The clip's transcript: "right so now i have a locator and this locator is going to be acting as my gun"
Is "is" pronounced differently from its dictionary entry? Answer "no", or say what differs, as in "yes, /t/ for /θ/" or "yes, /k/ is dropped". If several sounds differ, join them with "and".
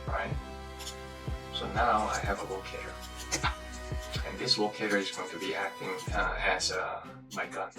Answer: no